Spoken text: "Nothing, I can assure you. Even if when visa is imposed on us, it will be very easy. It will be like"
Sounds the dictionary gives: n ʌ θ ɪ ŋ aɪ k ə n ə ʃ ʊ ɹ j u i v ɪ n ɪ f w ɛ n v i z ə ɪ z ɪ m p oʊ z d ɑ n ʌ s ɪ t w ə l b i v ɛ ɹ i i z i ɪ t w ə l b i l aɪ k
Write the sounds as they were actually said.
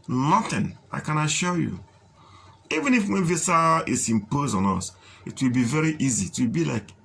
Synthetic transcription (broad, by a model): n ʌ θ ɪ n aɪ k ə n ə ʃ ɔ j u i v ɪ n ɪ f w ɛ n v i s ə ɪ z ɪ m p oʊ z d ɑ n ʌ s ɪ t w ə l b i v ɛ ɹ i i z i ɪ t w ə l b i l aɪ k